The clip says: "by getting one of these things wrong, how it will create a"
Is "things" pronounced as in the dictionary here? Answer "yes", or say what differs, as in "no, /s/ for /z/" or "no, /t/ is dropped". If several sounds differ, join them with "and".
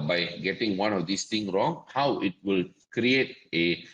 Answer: no, /z/ is dropped